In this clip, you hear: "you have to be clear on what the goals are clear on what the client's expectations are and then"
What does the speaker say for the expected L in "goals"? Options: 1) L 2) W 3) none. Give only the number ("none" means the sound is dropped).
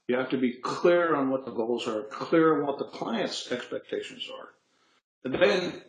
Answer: 1